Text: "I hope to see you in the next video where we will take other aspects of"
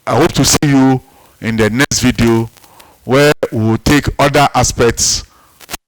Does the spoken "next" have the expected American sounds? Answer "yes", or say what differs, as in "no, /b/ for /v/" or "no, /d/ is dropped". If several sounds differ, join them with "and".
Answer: yes